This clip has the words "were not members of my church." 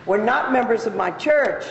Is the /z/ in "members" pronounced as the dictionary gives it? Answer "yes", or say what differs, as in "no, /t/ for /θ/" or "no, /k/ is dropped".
yes